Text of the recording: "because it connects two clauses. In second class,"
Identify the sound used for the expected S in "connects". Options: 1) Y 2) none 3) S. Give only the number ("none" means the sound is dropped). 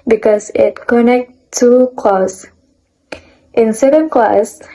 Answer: 2